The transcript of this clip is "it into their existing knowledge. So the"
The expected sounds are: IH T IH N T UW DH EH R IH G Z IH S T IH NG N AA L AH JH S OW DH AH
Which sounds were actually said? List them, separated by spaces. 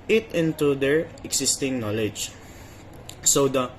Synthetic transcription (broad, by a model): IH T IH N T UW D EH R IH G S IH S T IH NG N AA L AH JH S OW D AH